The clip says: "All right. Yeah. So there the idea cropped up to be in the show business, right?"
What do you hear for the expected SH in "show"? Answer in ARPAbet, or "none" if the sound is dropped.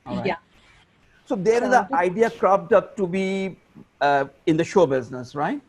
SH